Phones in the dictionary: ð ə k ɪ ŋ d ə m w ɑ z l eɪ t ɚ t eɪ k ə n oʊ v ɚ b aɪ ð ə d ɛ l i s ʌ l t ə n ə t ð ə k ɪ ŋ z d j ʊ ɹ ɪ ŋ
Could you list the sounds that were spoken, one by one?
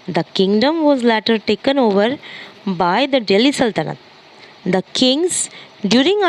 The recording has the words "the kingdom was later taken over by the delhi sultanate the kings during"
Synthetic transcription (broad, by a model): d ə k ɪ ŋ d ə m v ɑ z l eɪ t ɚ t eɪ k ə n oʊ v ɚ b aɪ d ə d ɛ l i s ʌ l t ə n ə t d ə k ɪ ŋ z d j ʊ ɹ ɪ ŋ